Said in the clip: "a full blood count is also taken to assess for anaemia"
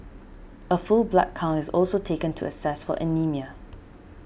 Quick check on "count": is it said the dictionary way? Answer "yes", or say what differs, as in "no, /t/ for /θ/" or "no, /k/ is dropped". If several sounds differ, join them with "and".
no, /t/ is dropped